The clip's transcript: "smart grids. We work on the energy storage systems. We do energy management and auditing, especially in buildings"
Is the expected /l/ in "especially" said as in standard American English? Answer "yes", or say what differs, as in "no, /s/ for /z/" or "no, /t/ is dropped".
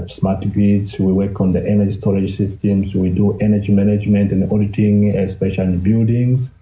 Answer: no, /l/ is dropped